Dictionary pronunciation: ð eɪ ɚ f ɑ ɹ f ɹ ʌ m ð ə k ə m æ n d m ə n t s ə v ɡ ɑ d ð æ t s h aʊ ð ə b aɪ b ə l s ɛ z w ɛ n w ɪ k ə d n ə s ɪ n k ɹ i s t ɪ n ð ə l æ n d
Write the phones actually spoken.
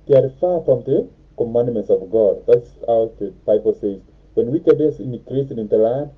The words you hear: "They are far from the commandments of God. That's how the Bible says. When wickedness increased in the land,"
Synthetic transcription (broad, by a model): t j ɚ f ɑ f ɹ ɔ m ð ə k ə m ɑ n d m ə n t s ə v ɡ ɑ d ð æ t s h aʊ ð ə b aɪ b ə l s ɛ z w ɛ n w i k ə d ə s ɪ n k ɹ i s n ɪ n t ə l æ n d